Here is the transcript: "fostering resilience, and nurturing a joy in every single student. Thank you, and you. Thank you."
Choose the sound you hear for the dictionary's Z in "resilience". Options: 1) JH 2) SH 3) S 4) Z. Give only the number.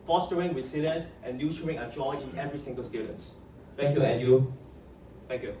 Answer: 3